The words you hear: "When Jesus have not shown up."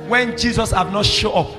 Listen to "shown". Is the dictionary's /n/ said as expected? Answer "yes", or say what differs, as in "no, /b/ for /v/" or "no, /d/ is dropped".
no, /n/ is dropped